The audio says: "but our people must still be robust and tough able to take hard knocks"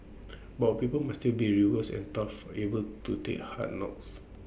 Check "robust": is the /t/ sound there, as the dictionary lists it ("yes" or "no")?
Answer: no